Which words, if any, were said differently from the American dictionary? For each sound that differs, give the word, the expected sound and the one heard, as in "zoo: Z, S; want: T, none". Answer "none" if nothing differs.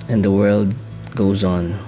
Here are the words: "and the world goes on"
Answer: none